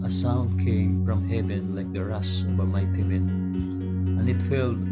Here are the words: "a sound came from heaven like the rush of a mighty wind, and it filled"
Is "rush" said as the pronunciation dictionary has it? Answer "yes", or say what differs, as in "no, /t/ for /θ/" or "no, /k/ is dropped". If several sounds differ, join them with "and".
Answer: no, /s/ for /ʃ/